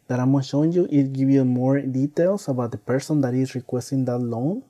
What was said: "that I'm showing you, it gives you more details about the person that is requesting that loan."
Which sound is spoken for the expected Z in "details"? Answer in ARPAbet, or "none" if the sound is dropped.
S